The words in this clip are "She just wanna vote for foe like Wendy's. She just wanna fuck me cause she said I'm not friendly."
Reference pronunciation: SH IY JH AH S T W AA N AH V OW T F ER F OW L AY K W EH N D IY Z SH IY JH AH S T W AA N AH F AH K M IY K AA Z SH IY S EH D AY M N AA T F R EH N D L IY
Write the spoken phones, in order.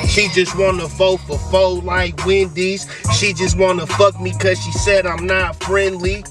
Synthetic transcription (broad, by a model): SH IY JH AH S T W AA N AH F OW F ER F OW L AY K W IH N D IY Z SH IY JH AH S T W AA N AH F AH K M IY K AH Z SH IY S EH D AY M N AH T F R EH N D L IY